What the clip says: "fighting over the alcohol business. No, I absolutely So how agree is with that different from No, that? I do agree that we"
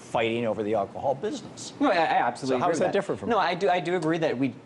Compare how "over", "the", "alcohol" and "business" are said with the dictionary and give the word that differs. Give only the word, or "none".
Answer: none